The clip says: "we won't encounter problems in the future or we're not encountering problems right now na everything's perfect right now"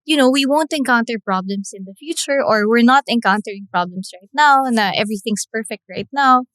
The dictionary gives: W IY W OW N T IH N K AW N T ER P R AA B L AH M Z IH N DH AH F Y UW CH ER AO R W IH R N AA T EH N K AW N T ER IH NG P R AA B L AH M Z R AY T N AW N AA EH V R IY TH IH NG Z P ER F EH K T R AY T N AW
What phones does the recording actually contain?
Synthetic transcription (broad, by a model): W IY W OW N T IH N K AW N T ER P R AA B L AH M S IH N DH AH F Y UW CH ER AO R W IH R N AA T EH N K AW N T ER IH NG P R AA B L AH M S R AY T N AW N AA EH V R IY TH IH NG S P ER F EH K T R AY T N AW